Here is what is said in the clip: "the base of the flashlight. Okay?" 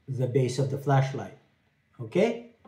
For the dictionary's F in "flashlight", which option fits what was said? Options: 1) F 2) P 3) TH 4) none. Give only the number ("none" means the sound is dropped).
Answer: 1